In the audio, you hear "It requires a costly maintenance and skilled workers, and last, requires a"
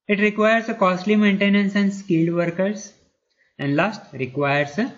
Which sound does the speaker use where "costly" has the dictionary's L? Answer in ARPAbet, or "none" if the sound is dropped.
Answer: L